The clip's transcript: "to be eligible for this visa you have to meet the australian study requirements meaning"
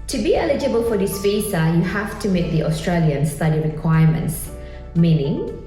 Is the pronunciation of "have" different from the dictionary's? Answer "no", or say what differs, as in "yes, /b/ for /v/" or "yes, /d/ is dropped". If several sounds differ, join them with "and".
yes, /f/ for /v/